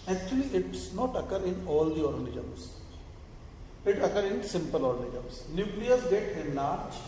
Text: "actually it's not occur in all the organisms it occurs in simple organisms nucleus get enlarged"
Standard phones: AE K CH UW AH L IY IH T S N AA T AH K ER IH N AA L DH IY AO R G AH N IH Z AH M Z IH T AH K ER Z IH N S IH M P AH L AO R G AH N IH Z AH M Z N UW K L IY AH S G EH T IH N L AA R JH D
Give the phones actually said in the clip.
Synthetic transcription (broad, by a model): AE K CH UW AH L IY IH T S N AA T AH K ER IH N AA L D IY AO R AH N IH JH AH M S IH T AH K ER IH N S IH M P AH L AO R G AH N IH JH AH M S N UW K L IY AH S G EH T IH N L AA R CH